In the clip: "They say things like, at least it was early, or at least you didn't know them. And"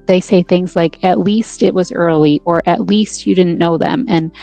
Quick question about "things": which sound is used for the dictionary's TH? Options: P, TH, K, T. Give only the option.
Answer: TH